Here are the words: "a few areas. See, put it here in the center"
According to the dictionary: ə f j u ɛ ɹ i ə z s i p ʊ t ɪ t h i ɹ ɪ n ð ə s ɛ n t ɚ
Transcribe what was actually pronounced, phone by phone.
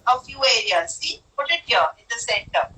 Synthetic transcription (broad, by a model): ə f j u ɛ ɹ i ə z s i p ʊ t ɪ t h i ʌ ɪ n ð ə s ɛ n t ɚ